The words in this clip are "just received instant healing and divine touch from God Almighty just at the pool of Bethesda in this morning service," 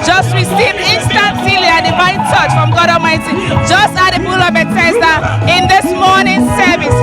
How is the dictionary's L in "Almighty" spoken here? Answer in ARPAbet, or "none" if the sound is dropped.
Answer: none